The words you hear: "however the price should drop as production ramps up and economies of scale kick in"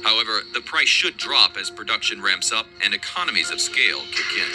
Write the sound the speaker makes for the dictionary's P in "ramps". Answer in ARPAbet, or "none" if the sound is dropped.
P